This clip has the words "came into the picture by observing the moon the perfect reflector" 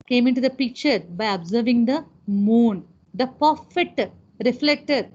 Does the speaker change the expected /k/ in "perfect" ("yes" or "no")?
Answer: yes